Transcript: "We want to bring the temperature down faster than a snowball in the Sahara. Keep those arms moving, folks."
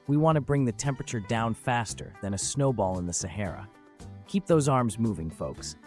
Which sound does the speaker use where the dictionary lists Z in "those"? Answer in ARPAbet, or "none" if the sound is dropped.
Z